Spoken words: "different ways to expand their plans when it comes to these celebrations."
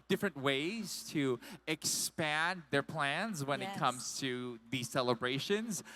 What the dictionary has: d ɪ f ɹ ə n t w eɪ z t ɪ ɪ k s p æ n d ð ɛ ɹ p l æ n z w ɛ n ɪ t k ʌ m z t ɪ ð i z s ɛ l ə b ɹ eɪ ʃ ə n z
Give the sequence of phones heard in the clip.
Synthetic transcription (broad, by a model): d ɪ f ɹ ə n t w eɪ z t ɪ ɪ k s p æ n ð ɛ ɹ p l æ n z w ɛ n ɪ t k ʌ m z t ɪ ð i z s ɛ l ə b ɹ eɪ ʃ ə n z